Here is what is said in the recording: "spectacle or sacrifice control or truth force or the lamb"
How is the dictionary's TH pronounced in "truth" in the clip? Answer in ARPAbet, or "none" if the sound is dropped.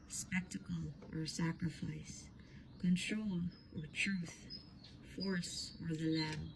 TH